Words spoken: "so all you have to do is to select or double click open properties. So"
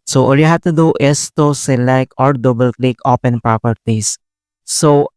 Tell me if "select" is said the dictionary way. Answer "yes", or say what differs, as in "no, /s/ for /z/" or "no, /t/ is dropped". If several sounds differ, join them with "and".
no, /t/ is dropped